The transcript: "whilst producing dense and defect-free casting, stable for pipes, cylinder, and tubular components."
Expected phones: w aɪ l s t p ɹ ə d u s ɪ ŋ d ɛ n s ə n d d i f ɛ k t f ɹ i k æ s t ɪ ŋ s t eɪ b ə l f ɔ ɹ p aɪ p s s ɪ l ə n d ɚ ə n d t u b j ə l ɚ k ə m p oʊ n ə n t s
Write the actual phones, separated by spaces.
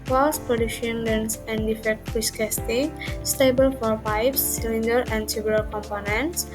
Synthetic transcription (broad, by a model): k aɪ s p ɹ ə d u ʃ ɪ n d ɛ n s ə n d d i f ɛ k t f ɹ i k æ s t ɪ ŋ s t eɪ b ə l f ɔ ɹ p aɪ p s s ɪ l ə n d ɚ ə n d s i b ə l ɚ k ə m p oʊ n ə n t s